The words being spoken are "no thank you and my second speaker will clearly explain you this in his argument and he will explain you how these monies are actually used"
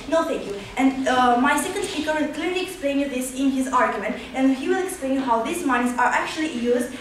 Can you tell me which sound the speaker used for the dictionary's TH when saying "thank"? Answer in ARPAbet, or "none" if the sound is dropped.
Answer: T